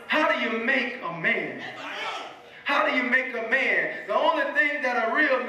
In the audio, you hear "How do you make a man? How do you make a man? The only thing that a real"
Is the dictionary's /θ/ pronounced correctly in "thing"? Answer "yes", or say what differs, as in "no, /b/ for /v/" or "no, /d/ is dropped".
yes